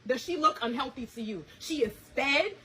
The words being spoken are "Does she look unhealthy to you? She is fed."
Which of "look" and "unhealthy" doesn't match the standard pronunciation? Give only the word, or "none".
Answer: none